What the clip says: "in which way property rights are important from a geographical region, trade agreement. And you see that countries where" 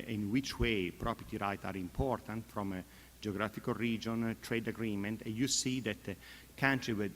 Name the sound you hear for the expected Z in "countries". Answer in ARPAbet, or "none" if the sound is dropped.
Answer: none